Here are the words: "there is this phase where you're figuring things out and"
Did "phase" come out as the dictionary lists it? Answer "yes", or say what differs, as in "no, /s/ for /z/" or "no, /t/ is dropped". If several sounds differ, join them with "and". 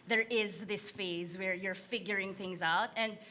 yes